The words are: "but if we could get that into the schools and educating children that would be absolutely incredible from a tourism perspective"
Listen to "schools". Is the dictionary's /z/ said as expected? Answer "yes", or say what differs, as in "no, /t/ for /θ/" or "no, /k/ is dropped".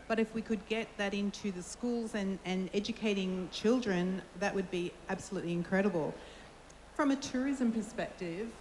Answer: yes